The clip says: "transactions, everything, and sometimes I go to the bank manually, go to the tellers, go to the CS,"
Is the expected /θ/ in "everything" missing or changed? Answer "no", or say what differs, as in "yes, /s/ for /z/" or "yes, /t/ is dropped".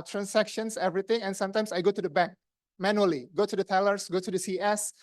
yes, /t/ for /θ/